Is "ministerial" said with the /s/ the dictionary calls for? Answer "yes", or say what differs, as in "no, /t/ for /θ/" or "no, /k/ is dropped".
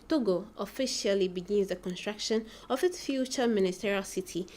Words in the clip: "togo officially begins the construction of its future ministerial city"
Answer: yes